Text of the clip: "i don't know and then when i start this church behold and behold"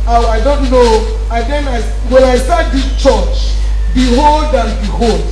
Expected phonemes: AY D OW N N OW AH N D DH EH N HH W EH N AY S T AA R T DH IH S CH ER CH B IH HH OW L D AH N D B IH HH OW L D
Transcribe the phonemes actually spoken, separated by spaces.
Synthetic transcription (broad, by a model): AY D OW N N OW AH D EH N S W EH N AY S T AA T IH CH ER CH B IH HH OW L D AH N B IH HH OW L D